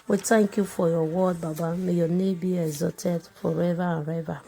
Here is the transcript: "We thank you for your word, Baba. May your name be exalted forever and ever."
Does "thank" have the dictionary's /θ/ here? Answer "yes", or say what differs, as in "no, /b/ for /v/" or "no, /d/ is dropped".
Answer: no, /t/ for /θ/